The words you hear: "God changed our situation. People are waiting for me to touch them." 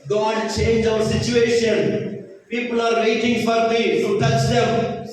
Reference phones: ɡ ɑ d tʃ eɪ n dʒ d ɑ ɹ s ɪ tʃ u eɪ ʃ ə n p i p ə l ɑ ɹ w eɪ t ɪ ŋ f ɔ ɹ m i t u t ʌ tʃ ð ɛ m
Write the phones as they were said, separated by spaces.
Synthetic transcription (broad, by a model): ɡ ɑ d tʃ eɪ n dʒ ɑ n s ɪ tʃ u eɪ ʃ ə n p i p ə l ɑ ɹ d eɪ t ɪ ŋ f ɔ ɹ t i s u t ʌ tʃ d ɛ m